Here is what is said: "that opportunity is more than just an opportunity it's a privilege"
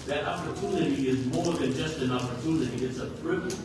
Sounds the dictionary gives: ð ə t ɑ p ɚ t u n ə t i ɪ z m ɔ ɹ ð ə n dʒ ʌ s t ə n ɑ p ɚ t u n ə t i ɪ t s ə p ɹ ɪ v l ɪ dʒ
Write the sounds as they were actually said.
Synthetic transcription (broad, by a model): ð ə t ɑ p ɚ t u n ə t i ɪ z m ɔ ɹ ð ə n dʒ ʌ s t ə n ɑ p ɚ t u n ə t i ɪ t s ə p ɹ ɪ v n